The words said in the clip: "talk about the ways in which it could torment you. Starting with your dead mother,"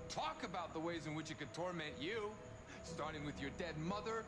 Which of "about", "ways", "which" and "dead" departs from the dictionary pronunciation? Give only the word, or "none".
none